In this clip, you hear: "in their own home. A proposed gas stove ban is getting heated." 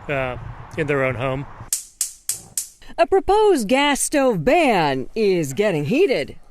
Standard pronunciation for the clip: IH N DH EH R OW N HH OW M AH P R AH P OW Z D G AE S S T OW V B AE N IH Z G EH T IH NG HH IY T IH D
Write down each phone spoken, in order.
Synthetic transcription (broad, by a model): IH N DH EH R OW N HH OW M AH P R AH P OW Z G AE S S T OW V B AE N IH Z G EH T IH NG HH IY T IH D